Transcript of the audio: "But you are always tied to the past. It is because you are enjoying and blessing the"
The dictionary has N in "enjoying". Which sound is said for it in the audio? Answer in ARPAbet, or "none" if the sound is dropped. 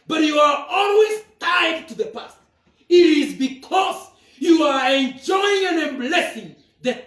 N